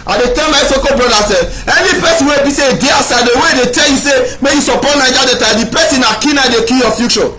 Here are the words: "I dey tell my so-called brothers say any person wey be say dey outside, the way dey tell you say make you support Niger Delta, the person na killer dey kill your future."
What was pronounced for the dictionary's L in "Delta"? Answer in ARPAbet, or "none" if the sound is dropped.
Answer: none